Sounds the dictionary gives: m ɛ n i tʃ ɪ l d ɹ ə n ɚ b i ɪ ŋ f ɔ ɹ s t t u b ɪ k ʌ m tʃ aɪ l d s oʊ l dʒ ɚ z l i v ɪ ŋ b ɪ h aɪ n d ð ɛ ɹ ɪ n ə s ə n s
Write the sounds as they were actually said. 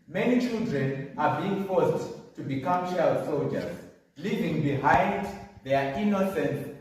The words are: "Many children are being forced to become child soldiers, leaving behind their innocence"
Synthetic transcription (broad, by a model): m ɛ n i tʃ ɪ l d ɹ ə n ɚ b i ɪ ŋ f ɔ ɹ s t t u b ɪ k ʌ m ʃ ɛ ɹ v s oʊ l dʒ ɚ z l i v ɪ ŋ b ɪ h aɪ n d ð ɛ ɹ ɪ n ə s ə n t